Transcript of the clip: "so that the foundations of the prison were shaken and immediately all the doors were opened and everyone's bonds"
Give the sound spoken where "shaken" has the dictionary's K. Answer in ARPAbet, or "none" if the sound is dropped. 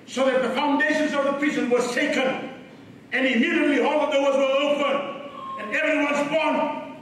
K